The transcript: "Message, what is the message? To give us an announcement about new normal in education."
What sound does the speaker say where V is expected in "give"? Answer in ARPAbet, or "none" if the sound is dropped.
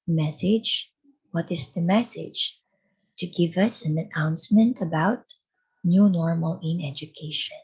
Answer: V